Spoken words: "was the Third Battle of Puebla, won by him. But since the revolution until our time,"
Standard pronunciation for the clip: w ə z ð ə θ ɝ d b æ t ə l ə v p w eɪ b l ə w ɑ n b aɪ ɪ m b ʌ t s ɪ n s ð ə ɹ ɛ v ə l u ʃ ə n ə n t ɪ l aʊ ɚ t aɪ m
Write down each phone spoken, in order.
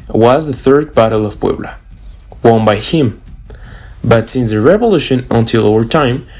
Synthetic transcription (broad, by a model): w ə z ð ə θ ɝ d b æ t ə l ə v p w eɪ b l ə w ɑ n b aɪ ɪ m b ʌ t s ɪ n s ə ɹ ɛ v ə l u ʃ ə n ə n t ɪ l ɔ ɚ t aɪ m